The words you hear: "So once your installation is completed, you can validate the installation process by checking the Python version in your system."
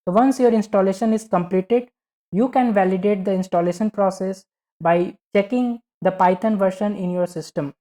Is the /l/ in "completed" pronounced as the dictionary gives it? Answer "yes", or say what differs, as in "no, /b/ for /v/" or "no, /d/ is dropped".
yes